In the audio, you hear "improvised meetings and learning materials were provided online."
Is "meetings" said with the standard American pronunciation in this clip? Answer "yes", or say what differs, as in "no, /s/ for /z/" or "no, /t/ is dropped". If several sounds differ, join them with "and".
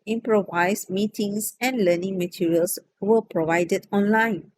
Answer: no, /s/ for /z/